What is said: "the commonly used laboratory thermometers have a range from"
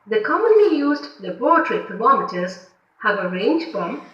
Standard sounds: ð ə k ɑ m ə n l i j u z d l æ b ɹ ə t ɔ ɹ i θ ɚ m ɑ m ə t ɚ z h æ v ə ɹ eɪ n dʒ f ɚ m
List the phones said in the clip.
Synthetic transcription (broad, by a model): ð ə k ɑ m ə n l i j u z d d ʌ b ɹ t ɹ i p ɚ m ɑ m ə t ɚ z h æ v ə ɹ eɪ n dʒ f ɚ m